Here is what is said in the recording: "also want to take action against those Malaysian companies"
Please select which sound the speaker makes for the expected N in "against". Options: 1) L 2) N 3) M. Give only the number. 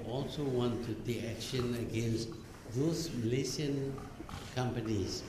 2